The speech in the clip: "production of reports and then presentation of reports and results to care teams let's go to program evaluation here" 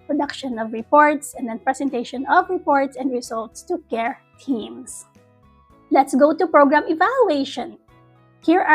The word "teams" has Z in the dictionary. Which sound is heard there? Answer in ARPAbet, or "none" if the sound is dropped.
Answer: S